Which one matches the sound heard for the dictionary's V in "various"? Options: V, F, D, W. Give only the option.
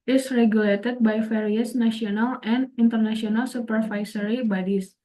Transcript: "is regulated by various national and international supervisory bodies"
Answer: F